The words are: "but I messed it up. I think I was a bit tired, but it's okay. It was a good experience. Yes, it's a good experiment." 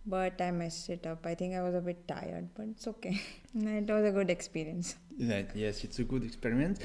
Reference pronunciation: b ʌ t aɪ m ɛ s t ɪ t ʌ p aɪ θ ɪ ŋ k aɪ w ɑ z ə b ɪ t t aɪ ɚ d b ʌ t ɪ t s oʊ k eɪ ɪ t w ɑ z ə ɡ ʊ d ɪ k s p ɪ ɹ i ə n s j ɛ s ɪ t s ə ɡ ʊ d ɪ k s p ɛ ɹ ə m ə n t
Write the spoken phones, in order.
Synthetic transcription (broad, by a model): b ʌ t aɪ m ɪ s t ɪ t ʌ p aɪ t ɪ ŋ k aɪ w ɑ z ə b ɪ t t aɪ ɚ d b ʌ t ɪ t s oʊ k eɪ ɪ t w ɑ z ə ɡ ʊ d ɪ k s p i ɹ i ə n s j ɛ s ɪ t s ə ɡ ʊ d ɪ k s p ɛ ɹ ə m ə n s